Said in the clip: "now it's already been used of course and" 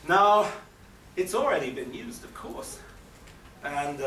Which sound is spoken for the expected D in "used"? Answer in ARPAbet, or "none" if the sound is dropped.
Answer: D